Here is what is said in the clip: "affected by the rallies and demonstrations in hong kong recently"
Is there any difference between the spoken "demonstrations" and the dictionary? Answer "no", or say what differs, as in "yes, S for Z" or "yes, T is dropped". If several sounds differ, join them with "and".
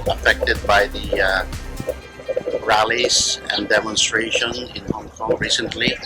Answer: yes, Z is dropped